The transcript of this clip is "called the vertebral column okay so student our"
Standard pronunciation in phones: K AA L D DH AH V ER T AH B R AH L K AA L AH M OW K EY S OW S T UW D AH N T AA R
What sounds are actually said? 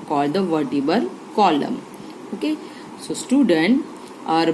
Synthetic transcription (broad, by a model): K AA L D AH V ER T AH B AH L K AA L AH M OW K EY S OW S T UW D AH N T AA R